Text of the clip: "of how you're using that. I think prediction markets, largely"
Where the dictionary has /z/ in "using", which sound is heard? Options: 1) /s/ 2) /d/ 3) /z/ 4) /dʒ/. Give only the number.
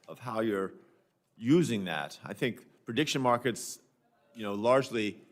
3